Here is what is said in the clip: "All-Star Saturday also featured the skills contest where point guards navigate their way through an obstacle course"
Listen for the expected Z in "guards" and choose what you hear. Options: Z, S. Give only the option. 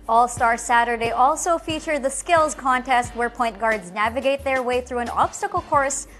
Z